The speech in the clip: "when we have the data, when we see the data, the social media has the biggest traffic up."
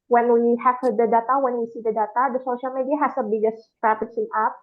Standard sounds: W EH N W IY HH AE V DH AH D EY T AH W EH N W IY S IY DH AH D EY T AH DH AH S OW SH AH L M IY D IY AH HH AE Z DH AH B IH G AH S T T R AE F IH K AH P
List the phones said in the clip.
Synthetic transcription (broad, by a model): W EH N W IY HH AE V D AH D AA T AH W EH N W IY S IY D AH D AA T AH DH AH S OW SH AH L M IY D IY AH HH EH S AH B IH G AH S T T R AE P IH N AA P